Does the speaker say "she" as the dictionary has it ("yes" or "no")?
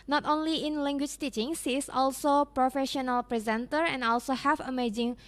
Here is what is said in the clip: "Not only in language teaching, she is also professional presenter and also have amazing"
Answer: no